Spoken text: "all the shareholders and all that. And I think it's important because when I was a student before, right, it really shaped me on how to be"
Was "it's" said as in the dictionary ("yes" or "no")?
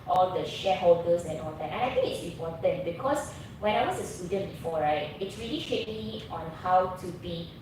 yes